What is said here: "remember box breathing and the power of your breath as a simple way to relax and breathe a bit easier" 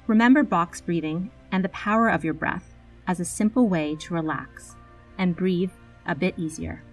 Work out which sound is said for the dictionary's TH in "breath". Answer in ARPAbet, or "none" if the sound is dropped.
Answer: TH